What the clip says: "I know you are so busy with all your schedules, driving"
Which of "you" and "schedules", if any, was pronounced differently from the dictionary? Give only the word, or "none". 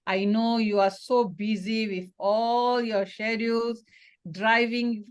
schedules